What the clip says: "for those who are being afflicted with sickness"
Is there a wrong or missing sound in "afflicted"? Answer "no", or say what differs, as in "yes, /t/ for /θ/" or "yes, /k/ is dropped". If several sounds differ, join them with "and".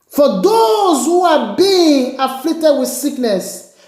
yes, /k/ is dropped